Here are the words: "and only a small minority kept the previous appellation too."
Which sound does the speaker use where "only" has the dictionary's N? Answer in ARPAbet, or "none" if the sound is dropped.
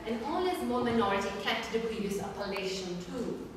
none